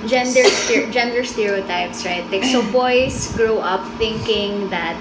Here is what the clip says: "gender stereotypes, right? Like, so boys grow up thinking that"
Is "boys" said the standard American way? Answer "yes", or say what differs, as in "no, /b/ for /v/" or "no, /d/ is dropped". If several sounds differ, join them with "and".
no, /s/ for /z/